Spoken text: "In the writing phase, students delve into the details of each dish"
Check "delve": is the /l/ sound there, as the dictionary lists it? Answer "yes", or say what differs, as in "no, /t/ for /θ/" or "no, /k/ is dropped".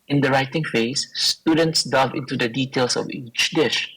no, /l/ is dropped